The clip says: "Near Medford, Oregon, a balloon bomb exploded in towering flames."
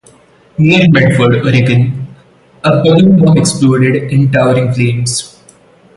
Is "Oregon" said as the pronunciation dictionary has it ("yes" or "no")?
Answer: yes